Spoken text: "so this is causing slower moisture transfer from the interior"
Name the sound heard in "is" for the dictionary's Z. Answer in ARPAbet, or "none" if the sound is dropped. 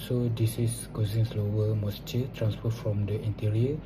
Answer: S